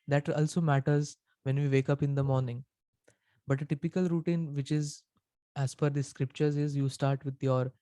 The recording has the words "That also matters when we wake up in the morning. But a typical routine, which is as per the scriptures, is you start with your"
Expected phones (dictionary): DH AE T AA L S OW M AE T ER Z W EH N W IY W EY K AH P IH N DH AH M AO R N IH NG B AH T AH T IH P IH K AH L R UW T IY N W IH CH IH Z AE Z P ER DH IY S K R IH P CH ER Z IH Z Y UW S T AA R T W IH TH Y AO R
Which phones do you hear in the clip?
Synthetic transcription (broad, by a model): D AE T AA L S OW M AE T ER Z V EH N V IY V EY K AH P IH N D AH M AO R N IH NG B AH T AH T IH P IH K AH L R UW T IY N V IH CH IH Z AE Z F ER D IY S K R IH P CH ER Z IH Z Y UW S T AA R T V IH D Y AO R